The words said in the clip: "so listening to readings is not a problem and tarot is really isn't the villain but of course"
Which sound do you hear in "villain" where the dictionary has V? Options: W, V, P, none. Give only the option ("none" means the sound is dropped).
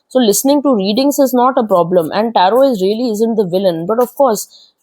V